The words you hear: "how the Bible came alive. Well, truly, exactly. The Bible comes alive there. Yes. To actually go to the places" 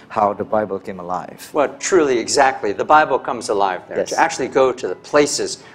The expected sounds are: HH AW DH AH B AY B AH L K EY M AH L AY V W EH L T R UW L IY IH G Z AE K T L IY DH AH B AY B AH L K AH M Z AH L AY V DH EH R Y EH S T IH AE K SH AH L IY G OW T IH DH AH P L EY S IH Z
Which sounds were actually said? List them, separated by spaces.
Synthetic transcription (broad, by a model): HH AW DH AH B AY B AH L K EY M AH L AY V W EH L T R UW L IY IH G Z AE K T L IY DH AH B AY B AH L K AH M Z AH L AY V DH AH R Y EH T IH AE K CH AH L IY G OW T IH DH AH P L EY S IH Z